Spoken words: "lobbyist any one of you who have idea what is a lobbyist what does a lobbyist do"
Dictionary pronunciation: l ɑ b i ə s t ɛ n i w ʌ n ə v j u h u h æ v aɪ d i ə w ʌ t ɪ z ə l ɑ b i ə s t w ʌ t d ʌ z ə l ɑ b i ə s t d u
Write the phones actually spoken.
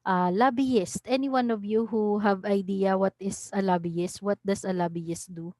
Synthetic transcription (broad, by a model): l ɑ b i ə s t ɛ n i w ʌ n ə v j u h u h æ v aɪ d i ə w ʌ t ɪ s ə l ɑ b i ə s t w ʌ t d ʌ s ə l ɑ b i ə s t d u